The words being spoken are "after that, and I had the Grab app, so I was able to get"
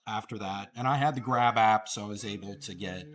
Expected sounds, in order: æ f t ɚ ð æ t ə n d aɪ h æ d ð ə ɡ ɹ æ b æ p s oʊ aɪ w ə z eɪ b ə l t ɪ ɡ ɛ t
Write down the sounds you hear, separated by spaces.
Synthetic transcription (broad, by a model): æ f t ɚ ð æ t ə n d aɪ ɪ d ð ə ɡ ɹ æ b æ p s oʊ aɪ w ə z eɪ b l t ɪ ɡ ɛ t